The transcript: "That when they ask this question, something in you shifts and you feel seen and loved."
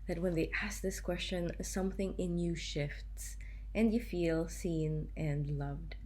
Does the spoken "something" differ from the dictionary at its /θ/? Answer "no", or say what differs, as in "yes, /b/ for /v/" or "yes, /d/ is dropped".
no